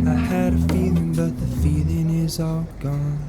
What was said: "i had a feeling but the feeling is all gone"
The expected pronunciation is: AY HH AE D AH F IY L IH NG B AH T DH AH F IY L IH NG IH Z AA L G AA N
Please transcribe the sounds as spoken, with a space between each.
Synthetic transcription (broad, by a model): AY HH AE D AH F IY L IH NG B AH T DH AH F IY L IH NG IH Z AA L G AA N